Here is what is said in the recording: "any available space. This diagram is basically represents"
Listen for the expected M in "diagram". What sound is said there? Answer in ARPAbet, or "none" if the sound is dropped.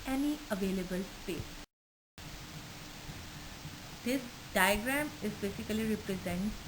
M